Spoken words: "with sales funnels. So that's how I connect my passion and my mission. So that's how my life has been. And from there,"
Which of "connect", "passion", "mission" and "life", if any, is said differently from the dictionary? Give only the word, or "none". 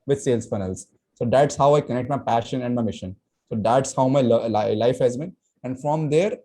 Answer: none